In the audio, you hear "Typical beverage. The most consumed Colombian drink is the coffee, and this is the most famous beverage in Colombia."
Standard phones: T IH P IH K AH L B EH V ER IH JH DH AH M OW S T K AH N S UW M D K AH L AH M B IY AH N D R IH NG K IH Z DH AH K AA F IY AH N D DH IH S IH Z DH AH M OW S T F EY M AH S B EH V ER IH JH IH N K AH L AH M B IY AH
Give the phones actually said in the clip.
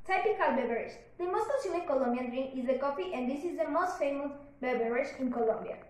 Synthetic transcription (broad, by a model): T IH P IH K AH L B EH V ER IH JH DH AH M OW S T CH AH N IY K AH L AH M B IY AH N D R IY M IH Z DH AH K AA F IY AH N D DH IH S IH Z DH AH M OW S T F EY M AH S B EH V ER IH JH IH N K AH L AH M B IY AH